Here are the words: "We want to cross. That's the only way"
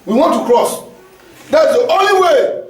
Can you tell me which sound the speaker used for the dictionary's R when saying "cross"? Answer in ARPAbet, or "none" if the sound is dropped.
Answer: R